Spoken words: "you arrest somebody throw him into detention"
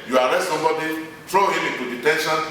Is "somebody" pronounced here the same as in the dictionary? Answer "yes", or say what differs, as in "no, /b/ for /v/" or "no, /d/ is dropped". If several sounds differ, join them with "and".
no, /m/ is dropped